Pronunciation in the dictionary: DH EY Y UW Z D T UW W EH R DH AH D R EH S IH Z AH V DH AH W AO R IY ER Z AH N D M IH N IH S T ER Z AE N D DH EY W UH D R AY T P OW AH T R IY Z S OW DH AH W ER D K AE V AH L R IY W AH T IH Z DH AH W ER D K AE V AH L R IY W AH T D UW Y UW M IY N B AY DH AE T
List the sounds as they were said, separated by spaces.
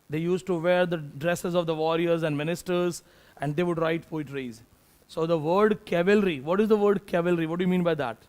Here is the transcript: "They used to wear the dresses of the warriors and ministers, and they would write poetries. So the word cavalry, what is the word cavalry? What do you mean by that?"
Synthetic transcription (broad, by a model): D EY Y UW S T T UW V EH R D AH D R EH S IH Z AH V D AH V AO R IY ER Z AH N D M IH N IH S T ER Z AE N D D EY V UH D R AY T F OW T R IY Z S OW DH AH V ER D K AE V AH L R IY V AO T IH Z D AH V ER D K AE V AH L R IY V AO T D UW Y UW M IY N B AY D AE T